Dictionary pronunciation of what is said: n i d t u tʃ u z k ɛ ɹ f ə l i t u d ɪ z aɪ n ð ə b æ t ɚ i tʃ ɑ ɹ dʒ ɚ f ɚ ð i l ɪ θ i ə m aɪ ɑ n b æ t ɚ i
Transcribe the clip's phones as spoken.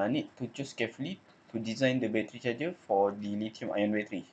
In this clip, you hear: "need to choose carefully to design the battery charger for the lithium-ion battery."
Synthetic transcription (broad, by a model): n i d t u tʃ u s k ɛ f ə l i t u d ɪ z aɪ n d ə b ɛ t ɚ i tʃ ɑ dʒ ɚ f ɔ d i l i t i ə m aɪ ɑ n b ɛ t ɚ i